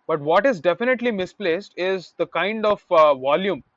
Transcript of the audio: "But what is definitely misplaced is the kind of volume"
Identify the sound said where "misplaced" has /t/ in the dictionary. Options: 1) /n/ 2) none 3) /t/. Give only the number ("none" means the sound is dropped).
3